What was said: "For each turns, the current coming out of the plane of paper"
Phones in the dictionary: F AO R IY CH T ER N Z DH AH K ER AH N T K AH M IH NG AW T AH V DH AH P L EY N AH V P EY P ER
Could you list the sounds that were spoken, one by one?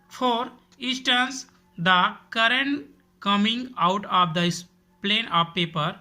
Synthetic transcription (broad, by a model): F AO R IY S T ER N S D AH K ER AH N T K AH M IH NG AW T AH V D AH P L EY N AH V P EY P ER